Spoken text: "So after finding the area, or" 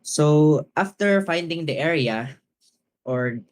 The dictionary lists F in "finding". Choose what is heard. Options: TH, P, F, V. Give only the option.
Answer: F